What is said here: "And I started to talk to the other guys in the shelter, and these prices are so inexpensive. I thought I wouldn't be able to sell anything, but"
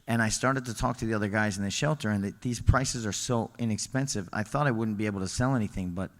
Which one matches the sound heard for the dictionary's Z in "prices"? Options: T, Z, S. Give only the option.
Z